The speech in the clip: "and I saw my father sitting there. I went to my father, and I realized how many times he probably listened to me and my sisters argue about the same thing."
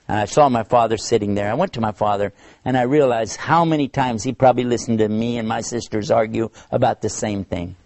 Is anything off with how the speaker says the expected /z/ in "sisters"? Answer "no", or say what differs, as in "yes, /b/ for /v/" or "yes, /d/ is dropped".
no